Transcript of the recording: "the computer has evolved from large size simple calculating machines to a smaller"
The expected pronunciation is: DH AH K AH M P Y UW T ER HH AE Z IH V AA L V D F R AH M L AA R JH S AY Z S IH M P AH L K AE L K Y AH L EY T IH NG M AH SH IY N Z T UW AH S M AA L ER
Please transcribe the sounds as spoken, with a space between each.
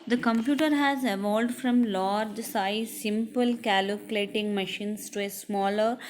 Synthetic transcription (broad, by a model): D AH K AH M P Y UW T ER HH AE Z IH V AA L D F R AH M L AA R JH S AY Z S IH M P AH L K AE L K L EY T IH NG M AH SH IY N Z T UW AH S M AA L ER